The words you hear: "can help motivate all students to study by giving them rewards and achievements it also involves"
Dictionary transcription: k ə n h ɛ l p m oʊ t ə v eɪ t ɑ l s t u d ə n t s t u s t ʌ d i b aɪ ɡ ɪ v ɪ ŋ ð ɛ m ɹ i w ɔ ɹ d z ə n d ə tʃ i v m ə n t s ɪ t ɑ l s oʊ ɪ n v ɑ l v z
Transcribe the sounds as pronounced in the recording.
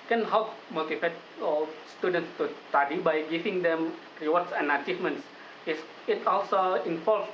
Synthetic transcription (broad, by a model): k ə n h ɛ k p m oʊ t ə f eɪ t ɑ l s t u d ə n t s t u s t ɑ d i b aɪ ɡ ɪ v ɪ ŋ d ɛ m ɹ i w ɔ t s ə n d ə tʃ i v m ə n s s ɪ t ɑ l s oʊ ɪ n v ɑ l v